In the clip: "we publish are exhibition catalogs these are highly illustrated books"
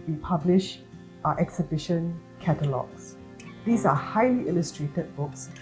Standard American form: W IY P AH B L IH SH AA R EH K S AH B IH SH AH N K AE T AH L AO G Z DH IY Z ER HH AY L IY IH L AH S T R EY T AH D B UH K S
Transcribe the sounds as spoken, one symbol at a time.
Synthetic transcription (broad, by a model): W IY P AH B L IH SH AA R EH K S AH B IH SH AH N K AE T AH L AO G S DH IY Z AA HH AY L IY IH L AH S T R EY T AH D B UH K S